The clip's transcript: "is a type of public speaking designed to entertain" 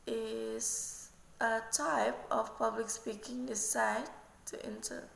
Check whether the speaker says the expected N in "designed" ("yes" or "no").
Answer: no